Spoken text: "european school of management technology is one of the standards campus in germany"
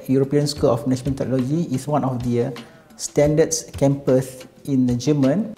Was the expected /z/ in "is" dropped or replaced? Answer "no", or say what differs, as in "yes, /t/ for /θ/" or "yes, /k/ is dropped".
yes, /s/ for /z/